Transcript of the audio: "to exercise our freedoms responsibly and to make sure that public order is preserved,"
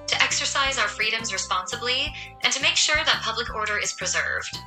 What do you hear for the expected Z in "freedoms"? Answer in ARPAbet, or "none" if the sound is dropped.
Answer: Z